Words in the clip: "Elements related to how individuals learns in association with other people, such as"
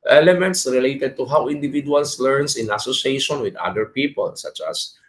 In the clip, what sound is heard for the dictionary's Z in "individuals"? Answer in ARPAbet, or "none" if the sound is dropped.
S